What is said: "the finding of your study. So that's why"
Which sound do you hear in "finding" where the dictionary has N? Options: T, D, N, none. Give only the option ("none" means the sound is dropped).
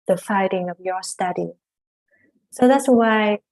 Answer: none